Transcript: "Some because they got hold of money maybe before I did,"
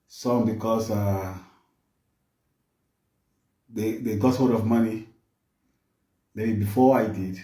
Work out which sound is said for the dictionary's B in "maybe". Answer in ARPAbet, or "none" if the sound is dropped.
none